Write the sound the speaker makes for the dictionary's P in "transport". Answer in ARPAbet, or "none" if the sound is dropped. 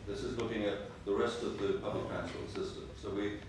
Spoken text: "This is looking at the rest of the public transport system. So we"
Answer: none